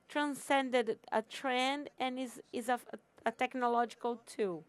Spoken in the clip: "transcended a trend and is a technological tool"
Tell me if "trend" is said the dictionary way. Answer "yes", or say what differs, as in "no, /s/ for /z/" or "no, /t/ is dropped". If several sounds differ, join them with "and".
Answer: yes